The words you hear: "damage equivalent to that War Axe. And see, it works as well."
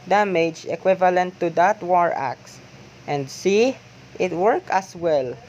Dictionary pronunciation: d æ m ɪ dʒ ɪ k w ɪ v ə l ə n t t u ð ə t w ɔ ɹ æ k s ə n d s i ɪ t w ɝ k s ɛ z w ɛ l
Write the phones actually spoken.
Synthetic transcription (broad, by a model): d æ m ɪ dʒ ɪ k w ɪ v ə l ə n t t u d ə t w ɔ ɹ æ k s ə n d s i ɪ t w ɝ k ɑ s w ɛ l